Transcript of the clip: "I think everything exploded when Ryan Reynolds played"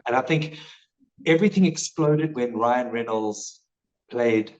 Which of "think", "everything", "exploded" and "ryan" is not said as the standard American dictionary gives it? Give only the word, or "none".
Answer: none